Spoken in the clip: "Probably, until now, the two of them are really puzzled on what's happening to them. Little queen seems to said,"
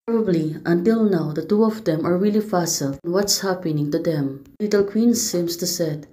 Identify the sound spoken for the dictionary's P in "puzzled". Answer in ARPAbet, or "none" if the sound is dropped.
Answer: F